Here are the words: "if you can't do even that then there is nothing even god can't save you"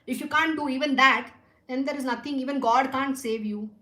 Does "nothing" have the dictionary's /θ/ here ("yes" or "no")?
no